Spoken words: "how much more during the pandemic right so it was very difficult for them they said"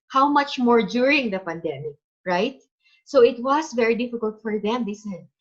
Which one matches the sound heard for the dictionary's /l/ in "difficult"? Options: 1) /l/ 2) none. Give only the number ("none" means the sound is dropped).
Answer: 1